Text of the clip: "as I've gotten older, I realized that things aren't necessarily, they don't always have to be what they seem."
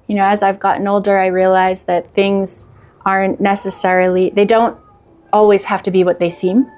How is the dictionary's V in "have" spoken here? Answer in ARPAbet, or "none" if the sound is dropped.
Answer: F